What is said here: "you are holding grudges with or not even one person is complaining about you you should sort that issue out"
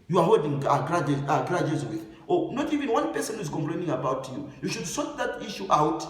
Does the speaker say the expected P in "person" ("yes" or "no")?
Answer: yes